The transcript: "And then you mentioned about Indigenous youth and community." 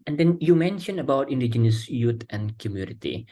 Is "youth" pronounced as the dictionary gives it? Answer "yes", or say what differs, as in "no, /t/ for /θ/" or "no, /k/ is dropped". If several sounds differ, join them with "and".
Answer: no, /t/ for /θ/